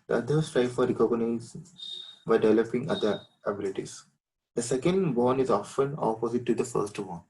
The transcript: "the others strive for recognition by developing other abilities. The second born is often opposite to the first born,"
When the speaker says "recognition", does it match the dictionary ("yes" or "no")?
no